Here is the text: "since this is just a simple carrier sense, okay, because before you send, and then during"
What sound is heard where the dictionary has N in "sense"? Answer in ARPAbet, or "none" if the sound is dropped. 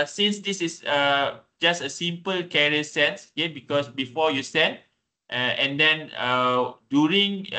N